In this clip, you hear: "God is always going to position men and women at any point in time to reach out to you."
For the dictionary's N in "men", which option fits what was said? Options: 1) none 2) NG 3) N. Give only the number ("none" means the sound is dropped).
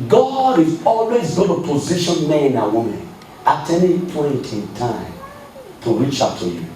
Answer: 1